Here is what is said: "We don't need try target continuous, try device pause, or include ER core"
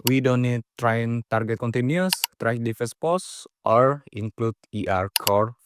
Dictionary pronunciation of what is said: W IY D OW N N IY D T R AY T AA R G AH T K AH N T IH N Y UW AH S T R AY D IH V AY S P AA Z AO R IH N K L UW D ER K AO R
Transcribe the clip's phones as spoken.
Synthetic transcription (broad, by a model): W IY D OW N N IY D T R AY T AA R G AH T K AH N T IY N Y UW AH S T R AY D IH F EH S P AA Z AO R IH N K L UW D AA K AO R